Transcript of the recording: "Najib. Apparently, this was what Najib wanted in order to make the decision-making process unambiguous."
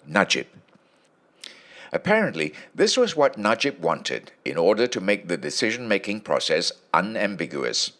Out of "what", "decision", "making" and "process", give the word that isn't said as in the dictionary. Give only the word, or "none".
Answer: none